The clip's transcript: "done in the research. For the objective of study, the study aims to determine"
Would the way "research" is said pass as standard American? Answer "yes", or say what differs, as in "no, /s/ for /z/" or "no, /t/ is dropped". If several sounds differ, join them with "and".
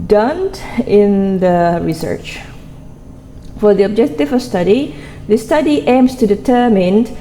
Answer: yes